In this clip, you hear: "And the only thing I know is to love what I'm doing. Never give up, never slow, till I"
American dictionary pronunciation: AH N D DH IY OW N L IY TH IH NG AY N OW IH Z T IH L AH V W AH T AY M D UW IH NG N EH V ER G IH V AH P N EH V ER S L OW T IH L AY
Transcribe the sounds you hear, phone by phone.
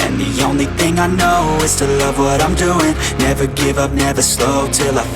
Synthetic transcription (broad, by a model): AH N DH IY OW N L IY TH IH NG AY N OW IH Z T IH L AH V W AH T AY M D UW IH NG N EH V ER G IH V AH P N EH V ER S L OW T IH L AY